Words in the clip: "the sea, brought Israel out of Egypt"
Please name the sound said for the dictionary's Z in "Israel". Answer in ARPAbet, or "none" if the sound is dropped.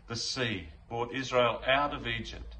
Z